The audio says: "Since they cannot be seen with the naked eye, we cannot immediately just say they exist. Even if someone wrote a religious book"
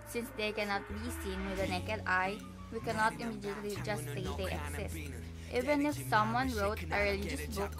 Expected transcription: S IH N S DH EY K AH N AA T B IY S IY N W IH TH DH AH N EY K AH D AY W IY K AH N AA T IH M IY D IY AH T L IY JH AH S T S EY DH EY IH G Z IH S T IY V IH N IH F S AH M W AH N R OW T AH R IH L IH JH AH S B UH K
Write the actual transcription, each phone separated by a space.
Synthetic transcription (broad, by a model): S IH N S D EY K AH N AA T B IY S IY N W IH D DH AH N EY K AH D AY W IY K AH N AA T IH M IY D IY AH T L IY JH AH S T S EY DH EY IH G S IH S T IY V IH N IH F S AH M W AH N R OW T AH R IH L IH JH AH S B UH K